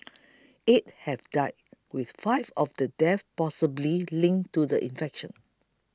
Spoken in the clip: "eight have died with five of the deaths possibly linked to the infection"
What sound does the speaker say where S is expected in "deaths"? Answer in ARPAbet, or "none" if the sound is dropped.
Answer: none